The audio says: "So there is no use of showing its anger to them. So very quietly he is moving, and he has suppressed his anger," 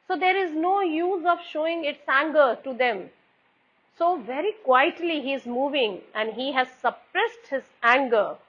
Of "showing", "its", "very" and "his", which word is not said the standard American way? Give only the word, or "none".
none